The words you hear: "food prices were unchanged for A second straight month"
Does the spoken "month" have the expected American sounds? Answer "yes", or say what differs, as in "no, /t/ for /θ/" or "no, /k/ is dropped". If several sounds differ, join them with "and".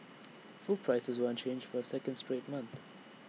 yes